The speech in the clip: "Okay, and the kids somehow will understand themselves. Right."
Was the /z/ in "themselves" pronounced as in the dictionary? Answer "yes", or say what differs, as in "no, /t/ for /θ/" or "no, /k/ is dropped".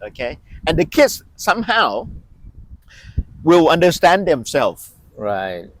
no, /z/ is dropped